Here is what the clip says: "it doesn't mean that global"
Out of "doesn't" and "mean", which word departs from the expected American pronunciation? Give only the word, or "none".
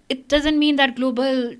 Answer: none